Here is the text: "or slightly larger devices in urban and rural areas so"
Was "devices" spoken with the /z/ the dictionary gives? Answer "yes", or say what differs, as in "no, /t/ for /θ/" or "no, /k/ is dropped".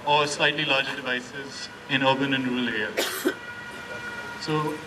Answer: yes